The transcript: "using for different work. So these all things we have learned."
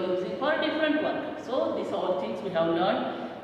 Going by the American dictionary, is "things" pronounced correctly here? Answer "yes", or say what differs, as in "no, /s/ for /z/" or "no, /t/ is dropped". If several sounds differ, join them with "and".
no, /t/ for /θ/